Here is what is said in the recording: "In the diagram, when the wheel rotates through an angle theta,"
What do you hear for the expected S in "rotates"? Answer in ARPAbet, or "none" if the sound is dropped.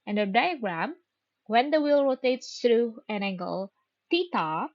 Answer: S